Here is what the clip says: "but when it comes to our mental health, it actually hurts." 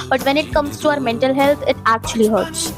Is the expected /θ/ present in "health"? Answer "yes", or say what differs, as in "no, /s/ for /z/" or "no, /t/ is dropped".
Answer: no, /t/ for /θ/